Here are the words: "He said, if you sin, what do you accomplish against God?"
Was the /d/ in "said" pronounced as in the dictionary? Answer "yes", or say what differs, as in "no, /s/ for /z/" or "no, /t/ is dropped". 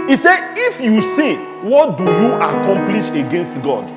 no, /d/ is dropped